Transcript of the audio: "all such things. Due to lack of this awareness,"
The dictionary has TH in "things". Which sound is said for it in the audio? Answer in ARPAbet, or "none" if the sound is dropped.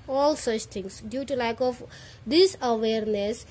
T